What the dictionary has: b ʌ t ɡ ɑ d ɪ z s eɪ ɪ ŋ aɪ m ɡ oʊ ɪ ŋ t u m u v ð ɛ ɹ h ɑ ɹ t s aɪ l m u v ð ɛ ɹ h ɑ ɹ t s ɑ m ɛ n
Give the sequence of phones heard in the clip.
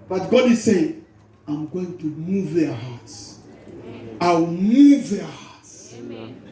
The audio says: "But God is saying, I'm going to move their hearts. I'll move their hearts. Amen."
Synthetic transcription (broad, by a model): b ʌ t ɡ ɑ d ɪ z s eɪ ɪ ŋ aɪ m ɡ oʊ ɪ ŋ t u m u v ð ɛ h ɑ t s aɪ w m u v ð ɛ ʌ h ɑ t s